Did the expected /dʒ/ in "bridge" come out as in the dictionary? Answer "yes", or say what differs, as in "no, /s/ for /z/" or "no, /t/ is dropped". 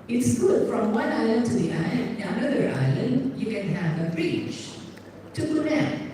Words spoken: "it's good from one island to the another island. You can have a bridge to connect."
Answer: no, /tʃ/ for /dʒ/